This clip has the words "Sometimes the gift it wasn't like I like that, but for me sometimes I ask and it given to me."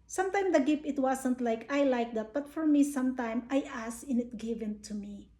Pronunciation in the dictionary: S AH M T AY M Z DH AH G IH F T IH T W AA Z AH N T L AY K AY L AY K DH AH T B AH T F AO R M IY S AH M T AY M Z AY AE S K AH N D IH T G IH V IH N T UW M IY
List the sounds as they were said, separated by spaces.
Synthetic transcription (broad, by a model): S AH M T AY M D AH G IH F IH T W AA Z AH N T L AY K AY L AY K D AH T B AH T F AO R M IY S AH M T AY M AY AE S AH N IH T G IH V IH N T UW M IY